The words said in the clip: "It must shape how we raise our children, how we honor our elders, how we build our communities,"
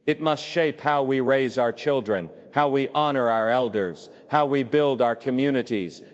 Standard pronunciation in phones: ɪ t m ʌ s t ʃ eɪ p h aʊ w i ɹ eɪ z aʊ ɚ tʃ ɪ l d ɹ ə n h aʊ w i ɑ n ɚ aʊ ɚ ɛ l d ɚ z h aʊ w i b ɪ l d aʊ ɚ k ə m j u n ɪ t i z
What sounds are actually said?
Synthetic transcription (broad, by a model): ɪ t m ʌ s t ʃ eɪ p h aʊ w i ɹ eɪ z aʊ ɚ tʃ ɪ l d ɹ ə n h aʊ w i ɑ n ɚ aʊ ɚ ɛ l d ɚ z h aʊ w i b ɪ l d aʊ ɚ k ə m j u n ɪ t i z